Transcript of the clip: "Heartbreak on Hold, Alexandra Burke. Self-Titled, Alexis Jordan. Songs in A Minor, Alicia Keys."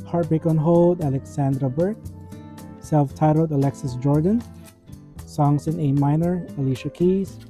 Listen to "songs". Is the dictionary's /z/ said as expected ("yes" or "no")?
no